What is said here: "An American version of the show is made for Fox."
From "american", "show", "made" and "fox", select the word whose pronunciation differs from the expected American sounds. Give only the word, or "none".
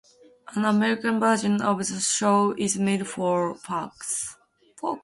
fox